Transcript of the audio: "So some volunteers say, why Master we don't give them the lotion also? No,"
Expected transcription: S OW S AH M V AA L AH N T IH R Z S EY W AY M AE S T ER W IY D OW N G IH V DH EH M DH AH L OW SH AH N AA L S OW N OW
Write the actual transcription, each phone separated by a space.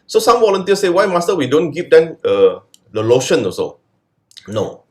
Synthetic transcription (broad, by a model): S OW S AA M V AA L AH N T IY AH S EY W AY M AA S T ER W IY D OW N G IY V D EH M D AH L OW SH AH N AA S OW N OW